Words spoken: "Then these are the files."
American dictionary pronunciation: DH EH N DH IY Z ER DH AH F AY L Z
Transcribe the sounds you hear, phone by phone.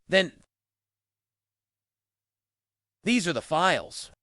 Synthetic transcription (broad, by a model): DH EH N DH IY Z ER DH AH F AY L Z